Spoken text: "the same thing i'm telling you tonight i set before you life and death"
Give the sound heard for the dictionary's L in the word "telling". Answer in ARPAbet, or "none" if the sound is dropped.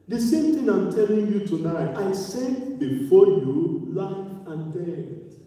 L